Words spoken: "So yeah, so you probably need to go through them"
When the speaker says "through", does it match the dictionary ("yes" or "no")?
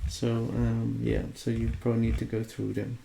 yes